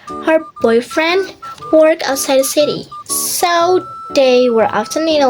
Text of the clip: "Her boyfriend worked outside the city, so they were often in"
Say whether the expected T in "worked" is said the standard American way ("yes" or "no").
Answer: no